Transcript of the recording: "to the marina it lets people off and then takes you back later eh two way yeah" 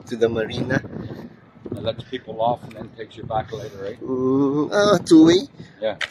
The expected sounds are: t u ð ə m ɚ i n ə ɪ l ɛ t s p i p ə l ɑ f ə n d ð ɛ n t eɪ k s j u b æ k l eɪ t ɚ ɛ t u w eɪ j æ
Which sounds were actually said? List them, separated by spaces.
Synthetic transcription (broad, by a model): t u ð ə m ɚ i n ə l ɛ t s p i p l ɑ f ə n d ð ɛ n t eɪ k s j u b æ k l eɪ t ɚ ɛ t u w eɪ j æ